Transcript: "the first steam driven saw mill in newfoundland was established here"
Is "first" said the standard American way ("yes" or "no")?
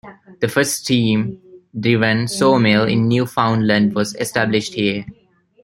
no